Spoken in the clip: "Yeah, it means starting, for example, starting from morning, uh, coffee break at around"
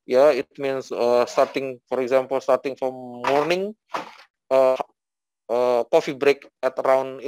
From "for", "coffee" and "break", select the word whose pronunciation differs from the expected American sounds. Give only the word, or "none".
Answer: none